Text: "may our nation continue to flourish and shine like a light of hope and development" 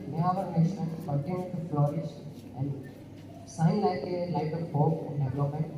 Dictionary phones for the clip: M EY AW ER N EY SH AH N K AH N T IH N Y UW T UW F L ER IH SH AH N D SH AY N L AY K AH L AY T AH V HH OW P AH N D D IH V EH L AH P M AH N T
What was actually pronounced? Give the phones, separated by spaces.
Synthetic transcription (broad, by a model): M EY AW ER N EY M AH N K AH N T IH N Y UW T UW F L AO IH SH AH N D S AY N L AY K AH L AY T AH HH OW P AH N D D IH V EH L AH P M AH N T